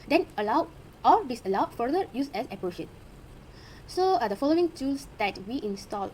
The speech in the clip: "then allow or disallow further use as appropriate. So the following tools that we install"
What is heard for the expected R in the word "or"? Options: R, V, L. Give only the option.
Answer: L